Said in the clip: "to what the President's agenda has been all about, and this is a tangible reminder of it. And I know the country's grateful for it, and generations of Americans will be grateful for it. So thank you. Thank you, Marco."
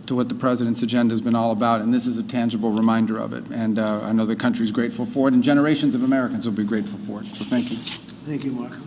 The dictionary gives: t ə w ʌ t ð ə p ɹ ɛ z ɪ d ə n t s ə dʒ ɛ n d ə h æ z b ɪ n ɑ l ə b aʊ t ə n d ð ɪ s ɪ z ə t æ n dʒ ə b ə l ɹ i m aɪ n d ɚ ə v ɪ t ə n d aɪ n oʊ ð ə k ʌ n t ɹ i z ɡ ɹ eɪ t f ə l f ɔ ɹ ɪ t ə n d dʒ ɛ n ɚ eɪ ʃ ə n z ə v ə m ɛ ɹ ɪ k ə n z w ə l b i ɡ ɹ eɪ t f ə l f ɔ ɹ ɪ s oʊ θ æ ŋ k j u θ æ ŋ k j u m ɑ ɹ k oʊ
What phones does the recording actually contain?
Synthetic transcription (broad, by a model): t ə w ʌ t ð ə p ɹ ɛ z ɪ d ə n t s ə dʒ ɛ n d ə z b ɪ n ɑ l ə b aʊ t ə n ð ɪ s ɪ z ə t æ n dʒ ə b l ɹ i m aɪ n d ɚ ə v ɪ t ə n aɪ n oʊ ð ə k ʌ n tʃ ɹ i z ɡ ɹ eɪ t f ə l f ɔ ɹ ɪ t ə n dʒ ɛ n ɚ eɪ ʃ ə n z ə v ə m ɛ ɹ ɪ k ə n z w ə l b i ɡ ɹ eɪ t f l f ɔ ɹ ɪ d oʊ θ æ ŋ k j u θ æ ŋ k j u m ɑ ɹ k